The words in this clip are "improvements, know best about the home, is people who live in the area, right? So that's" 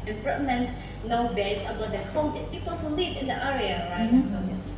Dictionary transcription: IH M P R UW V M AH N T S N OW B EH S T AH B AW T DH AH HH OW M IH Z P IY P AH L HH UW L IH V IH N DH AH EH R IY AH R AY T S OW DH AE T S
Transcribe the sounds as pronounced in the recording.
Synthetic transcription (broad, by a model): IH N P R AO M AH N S N OW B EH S AH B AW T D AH HH OW M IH S P IY P AH L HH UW L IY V IH N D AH EH R IY AH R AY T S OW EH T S